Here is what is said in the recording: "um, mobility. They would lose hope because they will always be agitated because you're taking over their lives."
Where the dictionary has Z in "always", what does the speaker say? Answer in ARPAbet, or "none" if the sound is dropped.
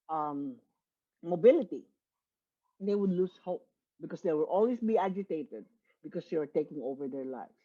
S